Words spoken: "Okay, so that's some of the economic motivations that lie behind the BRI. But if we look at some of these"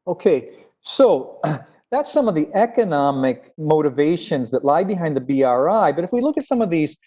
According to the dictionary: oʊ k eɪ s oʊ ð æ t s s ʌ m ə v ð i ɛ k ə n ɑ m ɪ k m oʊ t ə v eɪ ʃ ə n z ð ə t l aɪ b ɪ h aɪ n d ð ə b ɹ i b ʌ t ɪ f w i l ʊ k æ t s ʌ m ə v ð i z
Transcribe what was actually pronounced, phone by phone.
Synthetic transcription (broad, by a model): oʊ k eɪ s oʊ ð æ t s s ʌ m ə v ð i ɛ k ə n ɑ m ɪ k m oʊ t ə v eɪ ʃ ə n z ð ə t l aɪ b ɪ h aɪ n ð ə b ɹ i b ʌ t ɪ f w i l ʊ k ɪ t s ʌ m ə v ð i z